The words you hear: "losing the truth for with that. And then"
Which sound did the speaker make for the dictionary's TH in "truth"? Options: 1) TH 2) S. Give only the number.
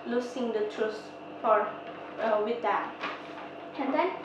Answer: 2